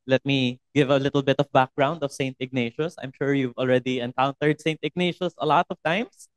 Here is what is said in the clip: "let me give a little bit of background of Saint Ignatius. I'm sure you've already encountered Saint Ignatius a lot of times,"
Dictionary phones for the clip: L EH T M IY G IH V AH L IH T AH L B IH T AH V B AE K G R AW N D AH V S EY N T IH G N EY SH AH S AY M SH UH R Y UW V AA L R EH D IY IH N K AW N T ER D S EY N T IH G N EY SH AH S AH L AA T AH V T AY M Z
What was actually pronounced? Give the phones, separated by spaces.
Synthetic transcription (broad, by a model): L EH T M IY G IH V AH L IH T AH L B IH T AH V B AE K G R AW N D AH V S EY N T IH G N EY SH AH S AY M SH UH R Y UW V AA L R EH D IY IH N K AW N T ER D S EY N T IH G N EY SH AH S AH L AA T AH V T AY M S